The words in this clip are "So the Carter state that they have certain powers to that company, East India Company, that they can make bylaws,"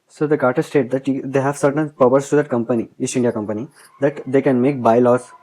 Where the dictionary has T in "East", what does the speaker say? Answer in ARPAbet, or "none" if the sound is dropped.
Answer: none